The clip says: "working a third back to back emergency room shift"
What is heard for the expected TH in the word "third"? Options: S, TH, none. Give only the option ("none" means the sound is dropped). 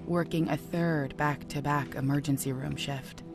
TH